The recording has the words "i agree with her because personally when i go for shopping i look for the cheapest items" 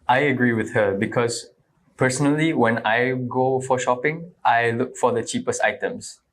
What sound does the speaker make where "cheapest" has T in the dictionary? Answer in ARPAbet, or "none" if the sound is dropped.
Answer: T